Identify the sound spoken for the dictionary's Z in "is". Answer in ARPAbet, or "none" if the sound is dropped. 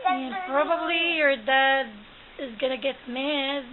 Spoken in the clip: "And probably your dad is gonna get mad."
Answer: Z